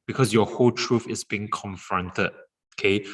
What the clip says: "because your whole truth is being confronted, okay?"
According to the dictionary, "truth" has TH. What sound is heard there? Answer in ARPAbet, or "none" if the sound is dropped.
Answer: F